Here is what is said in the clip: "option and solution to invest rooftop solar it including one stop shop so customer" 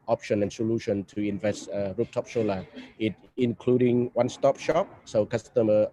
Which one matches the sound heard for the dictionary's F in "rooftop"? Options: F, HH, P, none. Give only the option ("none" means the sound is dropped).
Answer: P